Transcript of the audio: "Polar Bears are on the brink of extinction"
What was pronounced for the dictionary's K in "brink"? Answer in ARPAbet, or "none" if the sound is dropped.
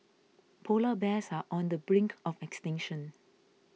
K